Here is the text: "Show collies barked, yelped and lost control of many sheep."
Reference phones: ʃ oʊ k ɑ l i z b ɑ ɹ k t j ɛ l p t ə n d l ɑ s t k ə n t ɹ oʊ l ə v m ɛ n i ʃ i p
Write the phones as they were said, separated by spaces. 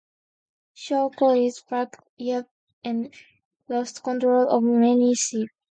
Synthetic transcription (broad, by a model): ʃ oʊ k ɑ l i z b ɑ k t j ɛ p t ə n l ɑ s t k ə n t ɹ oʊ l ə v m ɛ n i s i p